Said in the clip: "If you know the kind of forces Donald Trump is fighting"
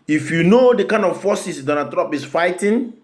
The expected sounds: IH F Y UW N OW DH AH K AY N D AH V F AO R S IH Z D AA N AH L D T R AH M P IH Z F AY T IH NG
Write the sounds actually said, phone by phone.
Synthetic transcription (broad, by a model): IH F Y UW N OW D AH K AY N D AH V F AO S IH S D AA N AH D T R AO P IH S F AY T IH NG